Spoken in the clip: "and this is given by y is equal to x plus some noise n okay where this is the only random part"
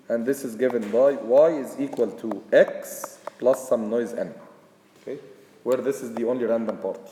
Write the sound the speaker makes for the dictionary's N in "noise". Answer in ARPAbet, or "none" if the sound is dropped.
N